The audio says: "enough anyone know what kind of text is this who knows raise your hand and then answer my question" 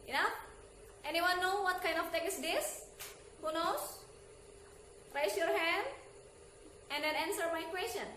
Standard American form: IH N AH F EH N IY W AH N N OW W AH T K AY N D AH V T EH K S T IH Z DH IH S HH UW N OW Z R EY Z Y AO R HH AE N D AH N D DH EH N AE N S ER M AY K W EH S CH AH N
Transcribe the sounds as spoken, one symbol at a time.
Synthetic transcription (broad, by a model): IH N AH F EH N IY W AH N N OW W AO T K AY N D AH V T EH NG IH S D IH S HH UW N OW S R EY S Y AO R HH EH N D AH N D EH N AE N S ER M AY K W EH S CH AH N